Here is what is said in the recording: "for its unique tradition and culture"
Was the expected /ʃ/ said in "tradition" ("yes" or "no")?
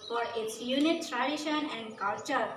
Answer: yes